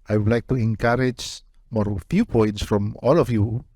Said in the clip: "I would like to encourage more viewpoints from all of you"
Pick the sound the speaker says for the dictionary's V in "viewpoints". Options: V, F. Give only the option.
F